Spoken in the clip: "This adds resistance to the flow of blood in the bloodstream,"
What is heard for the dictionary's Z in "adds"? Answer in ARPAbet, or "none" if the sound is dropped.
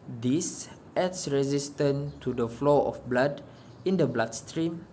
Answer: S